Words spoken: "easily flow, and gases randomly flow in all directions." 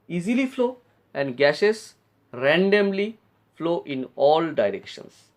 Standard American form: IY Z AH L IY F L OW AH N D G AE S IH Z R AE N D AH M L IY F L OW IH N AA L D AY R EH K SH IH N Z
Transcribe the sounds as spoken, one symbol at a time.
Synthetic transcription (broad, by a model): IY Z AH L IY F L OW AH N D G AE SH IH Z R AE N D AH M L IY F L OW IH N AA L D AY R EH K SH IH N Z